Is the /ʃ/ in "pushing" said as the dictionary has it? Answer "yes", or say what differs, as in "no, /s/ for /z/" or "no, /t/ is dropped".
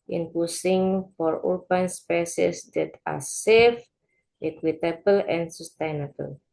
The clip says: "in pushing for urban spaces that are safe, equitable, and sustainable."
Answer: no, /s/ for /ʃ/